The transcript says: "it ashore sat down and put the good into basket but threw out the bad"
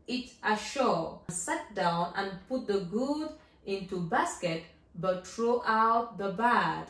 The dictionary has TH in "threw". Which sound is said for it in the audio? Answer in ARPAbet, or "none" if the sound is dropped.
T